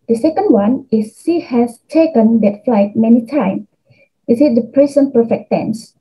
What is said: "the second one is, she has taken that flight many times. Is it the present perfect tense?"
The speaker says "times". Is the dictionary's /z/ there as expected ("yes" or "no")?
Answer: no